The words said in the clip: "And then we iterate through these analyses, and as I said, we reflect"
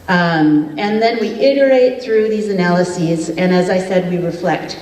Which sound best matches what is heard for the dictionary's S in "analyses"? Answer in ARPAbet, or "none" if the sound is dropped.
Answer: S